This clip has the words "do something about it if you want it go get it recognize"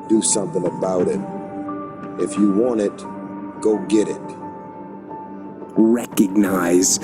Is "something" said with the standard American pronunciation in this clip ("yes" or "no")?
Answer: yes